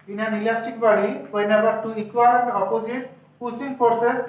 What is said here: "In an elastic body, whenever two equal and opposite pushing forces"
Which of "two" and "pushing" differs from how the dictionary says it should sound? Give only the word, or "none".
pushing